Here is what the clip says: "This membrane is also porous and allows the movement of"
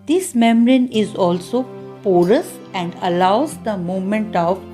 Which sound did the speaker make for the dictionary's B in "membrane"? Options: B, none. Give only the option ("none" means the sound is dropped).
none